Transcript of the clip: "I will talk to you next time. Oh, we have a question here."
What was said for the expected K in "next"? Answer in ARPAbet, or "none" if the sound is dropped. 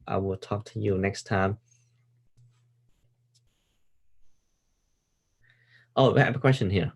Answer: K